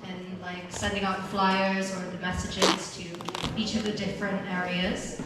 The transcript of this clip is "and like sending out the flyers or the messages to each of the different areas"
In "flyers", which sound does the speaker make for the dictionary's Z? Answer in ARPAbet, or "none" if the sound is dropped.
Z